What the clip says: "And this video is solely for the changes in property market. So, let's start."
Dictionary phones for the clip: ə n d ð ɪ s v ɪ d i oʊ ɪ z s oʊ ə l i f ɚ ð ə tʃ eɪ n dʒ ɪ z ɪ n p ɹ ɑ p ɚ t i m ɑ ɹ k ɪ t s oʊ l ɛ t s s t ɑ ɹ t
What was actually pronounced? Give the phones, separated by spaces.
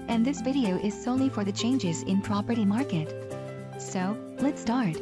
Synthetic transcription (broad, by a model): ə n ð ɪ s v ɪ d i oʊ ɪ z s oʊ ə l i f ɚ ð ə tʃ eɪ n dʒ ɪ z ɪ n p ɹ ɑ p ɚ t i m ɑ ɹ k ɪ t s oʊ l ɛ t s s t ɑ ɹ t